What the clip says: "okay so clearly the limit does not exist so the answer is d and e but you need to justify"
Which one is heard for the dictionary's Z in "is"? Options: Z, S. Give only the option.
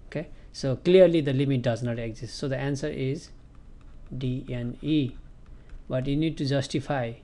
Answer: Z